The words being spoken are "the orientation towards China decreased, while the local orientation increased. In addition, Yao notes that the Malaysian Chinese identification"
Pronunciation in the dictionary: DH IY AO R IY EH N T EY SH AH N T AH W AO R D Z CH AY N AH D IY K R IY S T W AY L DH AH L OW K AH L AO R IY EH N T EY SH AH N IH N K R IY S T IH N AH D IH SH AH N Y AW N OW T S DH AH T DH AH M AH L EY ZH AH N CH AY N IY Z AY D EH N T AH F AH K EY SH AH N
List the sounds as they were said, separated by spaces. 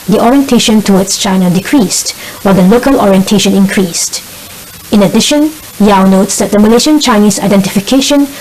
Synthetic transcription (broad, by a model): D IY AO R IY EH N T EY SH AH N T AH W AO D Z CH AY N AH D IY K R IY S T W AY L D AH L OW K AH L AO R IY EH N T EY SH AH N IH N K R IY S T IH N AH D IH SH AH N Y AW N OW T S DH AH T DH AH M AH L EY SH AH N CH AY N IY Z AY D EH N T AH F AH K EY SH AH N